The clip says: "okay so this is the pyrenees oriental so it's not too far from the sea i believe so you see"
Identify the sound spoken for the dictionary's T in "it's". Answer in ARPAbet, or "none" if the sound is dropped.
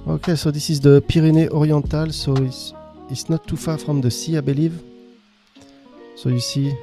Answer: S